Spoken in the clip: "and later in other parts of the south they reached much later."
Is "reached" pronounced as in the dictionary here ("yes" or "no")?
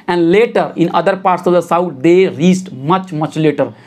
no